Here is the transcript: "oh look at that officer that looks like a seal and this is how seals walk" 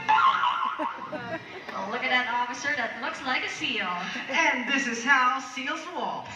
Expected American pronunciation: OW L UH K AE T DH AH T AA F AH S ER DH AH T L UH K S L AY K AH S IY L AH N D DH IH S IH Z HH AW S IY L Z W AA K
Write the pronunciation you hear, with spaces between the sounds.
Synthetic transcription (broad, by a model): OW L UH K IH T DH AH T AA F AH S ER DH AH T L UH K S L AY K AH S IY L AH N DH IH S IH Z HH AW S IY L Z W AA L